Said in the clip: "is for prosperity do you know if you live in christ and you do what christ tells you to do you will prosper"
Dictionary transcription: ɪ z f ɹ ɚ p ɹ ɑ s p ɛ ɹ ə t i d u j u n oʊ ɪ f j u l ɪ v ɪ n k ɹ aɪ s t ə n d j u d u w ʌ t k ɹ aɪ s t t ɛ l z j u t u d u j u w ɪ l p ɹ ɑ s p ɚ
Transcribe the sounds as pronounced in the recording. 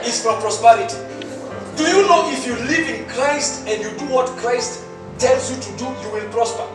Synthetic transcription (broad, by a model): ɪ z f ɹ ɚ p ɹ ɑ s p ɛ ɹ ə t i d u j u n oʊ ɪ f j u l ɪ v ɪ n k ɹ aɪ s t ə n d j u d u w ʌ t k ɹ aɪ s t t ɛ l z j u t u d u j u w ɪ l p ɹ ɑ s p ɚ